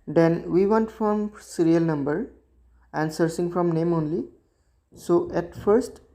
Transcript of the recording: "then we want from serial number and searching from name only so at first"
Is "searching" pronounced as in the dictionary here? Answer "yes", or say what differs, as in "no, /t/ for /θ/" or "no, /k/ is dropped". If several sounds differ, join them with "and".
no, /s/ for /tʃ/